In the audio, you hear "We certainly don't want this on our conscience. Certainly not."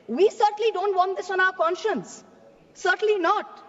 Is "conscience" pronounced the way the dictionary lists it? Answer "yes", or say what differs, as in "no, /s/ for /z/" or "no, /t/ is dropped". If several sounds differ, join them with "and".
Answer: yes